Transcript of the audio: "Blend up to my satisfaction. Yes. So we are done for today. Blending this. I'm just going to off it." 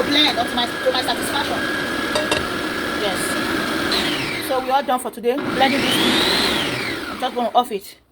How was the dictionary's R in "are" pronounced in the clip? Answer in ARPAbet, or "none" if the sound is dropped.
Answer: L